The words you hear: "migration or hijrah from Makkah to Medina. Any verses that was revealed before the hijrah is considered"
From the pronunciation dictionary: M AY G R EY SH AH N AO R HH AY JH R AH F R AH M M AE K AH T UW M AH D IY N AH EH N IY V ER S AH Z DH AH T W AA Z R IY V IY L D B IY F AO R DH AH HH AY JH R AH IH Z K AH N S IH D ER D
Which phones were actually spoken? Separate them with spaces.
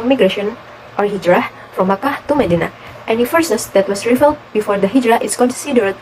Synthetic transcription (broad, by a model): M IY G R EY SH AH N AO R HH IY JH R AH F R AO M M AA K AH T UW M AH D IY N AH EH N IY F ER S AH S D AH T W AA S R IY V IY L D B IY F AO R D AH HH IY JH R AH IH S K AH N S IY D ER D